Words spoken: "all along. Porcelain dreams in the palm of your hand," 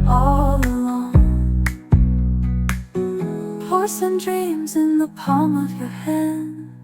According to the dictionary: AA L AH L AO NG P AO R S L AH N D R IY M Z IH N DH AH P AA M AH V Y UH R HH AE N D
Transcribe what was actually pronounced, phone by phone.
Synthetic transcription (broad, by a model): AA L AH L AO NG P AO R S AH N D R IY M Z IH N DH AH P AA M AH V Y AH R HH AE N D